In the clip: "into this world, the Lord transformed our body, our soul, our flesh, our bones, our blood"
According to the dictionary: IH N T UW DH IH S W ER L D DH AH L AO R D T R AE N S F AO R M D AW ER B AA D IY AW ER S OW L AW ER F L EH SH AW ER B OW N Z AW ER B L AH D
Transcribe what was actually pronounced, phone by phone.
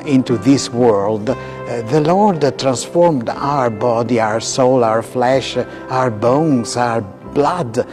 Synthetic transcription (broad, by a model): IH N T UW DH IH S W ER L D DH AH L AO R D T R AE N S F AO R M D AW ER B AA D IY AW ER S OW L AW ER F L EH SH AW ER B OW N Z AW ER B L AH D